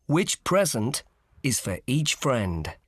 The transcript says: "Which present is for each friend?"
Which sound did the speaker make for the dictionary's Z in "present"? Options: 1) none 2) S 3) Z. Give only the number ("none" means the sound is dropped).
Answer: 3